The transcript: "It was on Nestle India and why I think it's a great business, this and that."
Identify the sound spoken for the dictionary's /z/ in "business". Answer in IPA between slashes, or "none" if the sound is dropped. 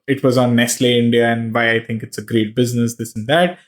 /z/